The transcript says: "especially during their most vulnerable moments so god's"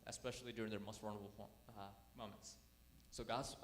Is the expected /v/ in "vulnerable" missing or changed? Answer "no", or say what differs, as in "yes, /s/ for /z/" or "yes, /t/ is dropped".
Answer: yes, /w/ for /v/